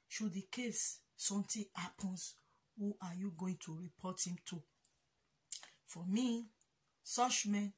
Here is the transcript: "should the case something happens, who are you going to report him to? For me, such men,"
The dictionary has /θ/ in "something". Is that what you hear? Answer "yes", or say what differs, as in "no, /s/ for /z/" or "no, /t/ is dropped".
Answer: no, /t/ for /θ/